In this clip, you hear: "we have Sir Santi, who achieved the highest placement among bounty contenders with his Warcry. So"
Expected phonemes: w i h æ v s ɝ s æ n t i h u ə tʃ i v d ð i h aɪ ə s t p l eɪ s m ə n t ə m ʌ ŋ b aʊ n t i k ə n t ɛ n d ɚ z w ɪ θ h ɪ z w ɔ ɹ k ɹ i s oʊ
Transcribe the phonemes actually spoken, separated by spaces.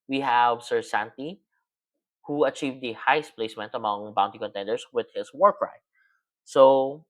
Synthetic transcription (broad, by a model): w i h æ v s ɝ s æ n t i h u ə tʃ i v d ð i h aɪ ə s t p l eɪ s m ə n t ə m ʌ ŋ b aʊ n t i k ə n t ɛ n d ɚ s w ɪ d h ɪ s w ɔ ɹ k ɹ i s oʊ